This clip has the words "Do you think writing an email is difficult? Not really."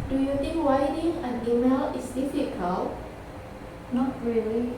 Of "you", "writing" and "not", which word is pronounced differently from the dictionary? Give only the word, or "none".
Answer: writing